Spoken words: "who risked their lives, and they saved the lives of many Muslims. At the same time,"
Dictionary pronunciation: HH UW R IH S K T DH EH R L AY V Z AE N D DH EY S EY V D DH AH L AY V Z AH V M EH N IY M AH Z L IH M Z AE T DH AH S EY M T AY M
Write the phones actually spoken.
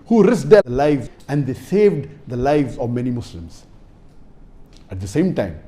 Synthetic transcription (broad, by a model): HH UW R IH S T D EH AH L AY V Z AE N D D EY S EY V D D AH L AY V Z AH V M EH N IY M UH S L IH M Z AE T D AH S EY M T AY M